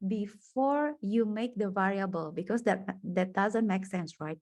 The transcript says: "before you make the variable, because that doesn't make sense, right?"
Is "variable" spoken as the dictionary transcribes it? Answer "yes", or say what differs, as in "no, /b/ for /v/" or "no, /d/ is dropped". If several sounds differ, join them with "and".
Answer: yes